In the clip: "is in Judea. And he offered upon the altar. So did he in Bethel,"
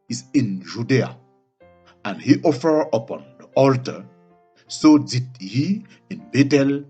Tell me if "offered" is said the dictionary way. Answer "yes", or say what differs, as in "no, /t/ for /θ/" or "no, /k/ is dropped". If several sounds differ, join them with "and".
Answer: no, /d/ is dropped